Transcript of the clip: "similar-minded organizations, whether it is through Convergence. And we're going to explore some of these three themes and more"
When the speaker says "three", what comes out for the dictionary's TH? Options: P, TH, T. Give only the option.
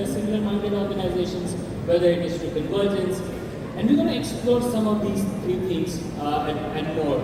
T